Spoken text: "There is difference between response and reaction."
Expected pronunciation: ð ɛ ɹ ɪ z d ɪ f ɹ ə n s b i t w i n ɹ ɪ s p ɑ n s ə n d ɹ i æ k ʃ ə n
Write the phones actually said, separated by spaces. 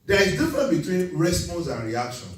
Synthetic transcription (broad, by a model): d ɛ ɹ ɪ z d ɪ f ɹ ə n b i t w i n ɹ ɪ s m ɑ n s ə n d ɹ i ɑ k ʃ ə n